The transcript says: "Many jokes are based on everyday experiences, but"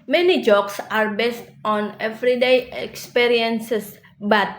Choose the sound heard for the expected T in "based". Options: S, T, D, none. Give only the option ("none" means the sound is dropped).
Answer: T